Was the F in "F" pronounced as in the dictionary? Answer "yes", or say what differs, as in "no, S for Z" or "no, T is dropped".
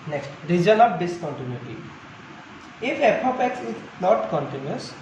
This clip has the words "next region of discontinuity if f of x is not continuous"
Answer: no, P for F